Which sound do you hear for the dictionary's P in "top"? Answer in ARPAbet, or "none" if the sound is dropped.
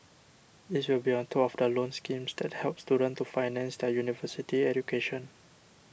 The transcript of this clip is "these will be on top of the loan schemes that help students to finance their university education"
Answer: none